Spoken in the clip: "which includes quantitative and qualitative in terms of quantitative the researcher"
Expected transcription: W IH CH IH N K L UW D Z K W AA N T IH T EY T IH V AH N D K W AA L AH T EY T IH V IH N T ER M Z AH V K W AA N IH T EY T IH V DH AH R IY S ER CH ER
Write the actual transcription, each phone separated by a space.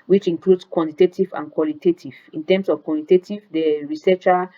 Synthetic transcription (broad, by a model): W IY CH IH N K L UW D S K W AA N T IH T EY T IH V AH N K W AA L AH T EY T IH V IH N T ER M S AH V K W AA N IH T EY T IH V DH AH R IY S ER CH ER